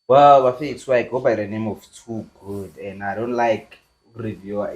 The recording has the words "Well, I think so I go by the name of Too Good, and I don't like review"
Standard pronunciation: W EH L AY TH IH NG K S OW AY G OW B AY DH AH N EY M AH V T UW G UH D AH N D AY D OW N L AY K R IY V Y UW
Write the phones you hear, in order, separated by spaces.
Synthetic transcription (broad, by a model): W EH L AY F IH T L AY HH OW B AY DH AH N EY M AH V T UW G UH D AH N AY D OW N L AY K R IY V Y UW